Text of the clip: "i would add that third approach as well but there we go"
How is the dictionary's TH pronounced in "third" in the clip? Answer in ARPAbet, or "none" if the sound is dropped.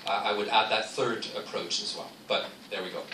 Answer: TH